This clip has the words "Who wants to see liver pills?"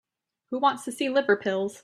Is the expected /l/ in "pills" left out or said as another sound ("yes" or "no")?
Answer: no